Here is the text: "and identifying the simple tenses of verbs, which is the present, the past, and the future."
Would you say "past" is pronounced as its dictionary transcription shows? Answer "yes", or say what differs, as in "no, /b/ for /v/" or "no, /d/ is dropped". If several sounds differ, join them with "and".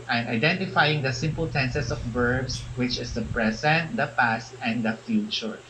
yes